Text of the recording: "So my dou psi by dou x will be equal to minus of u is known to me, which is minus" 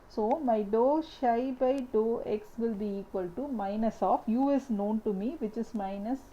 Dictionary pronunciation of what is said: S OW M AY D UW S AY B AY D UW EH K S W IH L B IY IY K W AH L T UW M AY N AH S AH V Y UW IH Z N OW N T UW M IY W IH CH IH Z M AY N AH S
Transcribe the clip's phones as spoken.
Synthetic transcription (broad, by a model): S OW M AY D UW SH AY B AY D UW EH K S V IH L B IY IY K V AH L T UW M AY N AH S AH F Y UW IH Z N OW N T UW M IY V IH CH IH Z M AY N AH S